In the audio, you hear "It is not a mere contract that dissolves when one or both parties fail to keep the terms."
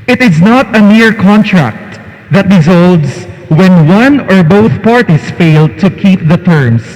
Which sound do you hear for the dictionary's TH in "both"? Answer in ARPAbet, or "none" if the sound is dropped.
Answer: TH